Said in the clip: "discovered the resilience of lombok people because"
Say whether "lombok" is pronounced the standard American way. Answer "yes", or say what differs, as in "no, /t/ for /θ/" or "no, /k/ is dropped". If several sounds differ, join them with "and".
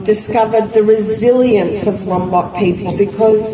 no, /w/ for /l/